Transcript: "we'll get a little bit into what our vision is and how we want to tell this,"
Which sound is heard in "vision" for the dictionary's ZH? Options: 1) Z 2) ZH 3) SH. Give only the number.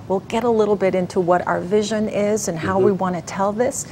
2